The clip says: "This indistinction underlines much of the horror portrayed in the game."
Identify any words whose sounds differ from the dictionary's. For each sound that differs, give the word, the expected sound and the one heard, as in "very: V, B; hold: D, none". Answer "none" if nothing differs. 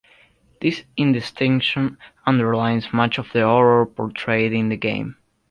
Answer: none